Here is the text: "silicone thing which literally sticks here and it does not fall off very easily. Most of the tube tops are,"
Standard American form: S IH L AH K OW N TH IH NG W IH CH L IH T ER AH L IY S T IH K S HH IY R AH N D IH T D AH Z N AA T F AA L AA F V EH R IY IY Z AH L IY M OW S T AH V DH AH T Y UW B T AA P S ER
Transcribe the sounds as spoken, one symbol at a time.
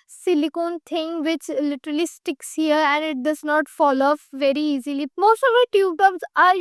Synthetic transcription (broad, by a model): S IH L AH K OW N T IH NG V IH CH L IH T ER AH L IY S T IH K S HH IY R AH N D IH T D AH Z N AA T F AA L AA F V EH R IY IY Z AH L IY M OW S T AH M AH T Y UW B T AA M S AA